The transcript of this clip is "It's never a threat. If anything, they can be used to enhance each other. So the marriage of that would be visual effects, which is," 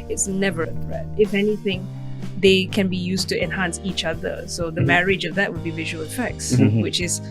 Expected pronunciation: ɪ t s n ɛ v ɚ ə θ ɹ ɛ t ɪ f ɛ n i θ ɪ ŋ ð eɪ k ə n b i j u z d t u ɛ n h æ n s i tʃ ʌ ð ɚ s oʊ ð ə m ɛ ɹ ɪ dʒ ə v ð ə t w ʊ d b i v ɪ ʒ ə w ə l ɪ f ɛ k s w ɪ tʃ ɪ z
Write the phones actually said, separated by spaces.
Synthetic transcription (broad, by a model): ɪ t s n ɛ v ɚ ə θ ɹ ɛ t ɪ f ɛ n i θ ɪ ŋ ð eɪ k ə n b i j u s t u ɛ n h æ n s i tʃ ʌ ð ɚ s oʊ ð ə m ɛ ɹ ɪ dʒ ə v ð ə t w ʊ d b i v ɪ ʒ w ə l ɪ f ɛ k s w ɪ tʃ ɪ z